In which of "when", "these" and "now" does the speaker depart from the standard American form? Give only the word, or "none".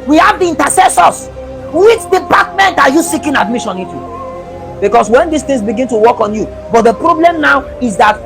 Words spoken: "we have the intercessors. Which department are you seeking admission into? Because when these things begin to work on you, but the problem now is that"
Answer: these